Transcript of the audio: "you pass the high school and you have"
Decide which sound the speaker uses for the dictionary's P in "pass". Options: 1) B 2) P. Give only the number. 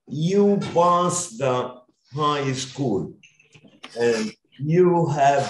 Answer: 1